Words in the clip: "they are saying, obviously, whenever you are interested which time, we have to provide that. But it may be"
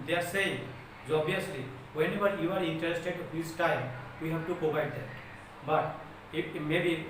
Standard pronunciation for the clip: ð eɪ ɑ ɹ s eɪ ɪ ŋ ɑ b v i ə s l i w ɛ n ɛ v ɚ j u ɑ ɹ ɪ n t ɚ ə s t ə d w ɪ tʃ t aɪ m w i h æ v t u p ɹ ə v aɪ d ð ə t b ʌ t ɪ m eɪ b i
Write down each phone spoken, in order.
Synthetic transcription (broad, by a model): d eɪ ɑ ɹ s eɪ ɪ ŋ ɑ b i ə s l i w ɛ n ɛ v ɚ j u ɑ ɹ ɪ n t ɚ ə s t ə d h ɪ s t aɪ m w i h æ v t u p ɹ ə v aɪ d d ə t b ʌ t ɪ m eɪ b i